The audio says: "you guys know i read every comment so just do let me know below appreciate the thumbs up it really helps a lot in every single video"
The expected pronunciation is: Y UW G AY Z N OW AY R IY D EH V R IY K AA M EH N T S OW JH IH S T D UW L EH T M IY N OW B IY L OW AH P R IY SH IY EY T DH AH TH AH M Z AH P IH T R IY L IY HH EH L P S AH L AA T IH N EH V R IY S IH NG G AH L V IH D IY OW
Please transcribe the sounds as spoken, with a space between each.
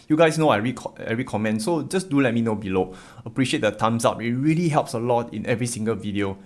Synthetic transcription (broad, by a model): Y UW G AY S N OW AY R IY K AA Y R IY K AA M EH N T S OW JH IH S D UW L EH T M IY N OW B IY L OW AH P R IY SH IY EY T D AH T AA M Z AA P IH T R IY L IY HH EH L P S AH L AA T IH N EH V R IY S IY NG G AH L V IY D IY OW